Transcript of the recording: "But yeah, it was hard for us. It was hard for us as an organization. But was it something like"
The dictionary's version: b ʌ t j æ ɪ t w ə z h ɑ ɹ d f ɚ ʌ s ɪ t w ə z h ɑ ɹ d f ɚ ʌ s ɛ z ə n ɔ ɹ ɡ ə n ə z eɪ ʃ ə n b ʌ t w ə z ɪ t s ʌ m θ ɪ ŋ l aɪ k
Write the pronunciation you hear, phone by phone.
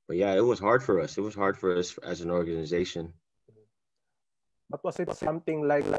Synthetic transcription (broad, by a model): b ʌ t j æ ɪ t w ə z h ɑ ɹ d f ɚ ʌ s ɪ t w ə z h ɑ ɹ d f ɚ ʌ s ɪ z ə n ɔ ɹ ɡ ə n ə z eɪ ʃ ə n b ʌ t w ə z ɪ t s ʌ m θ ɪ ŋ l aɪ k